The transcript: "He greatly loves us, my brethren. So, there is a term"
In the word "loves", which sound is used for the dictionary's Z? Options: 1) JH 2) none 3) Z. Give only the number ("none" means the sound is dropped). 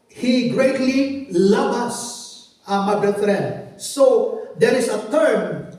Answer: 2